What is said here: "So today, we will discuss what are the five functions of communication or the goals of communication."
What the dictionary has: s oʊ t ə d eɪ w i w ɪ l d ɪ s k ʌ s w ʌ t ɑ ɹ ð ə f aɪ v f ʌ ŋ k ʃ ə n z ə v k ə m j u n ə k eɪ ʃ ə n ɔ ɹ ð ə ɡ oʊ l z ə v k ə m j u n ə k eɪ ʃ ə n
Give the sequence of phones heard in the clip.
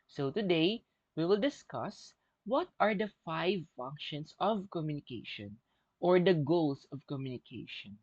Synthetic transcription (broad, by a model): s oʊ t ə d eɪ w i w ɪ l d ɪ s k ʌ s w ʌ t ɑ ɹ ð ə f aɪ v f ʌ ŋ k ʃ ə n s ə v k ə m j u n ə k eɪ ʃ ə n ɔ ɹ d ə ɡ oʊ l s ə v k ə m j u n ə k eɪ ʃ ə n